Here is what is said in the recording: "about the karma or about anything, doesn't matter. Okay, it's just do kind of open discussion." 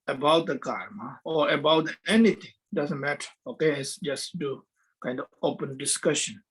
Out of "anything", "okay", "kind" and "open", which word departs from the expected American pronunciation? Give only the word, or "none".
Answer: anything